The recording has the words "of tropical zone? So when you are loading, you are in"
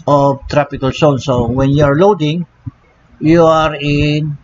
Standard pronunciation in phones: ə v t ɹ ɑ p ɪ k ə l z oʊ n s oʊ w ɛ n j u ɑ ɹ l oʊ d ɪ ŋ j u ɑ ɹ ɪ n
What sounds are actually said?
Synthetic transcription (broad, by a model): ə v t ɹ ɑ p ɪ k ə l s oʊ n s oʊ w ɛ n j u ɑ ɹ l oʊ d ɪ ŋ j u ɑ ɹ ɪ n